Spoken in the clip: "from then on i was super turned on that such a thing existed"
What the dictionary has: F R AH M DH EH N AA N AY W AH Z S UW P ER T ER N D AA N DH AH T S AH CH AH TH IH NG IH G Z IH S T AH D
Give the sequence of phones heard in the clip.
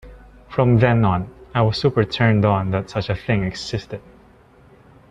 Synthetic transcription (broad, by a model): F R AH M DH EH N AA N AY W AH S UW P ER T ER N D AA N DH AH T S AH CH AH TH IH NG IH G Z IH S T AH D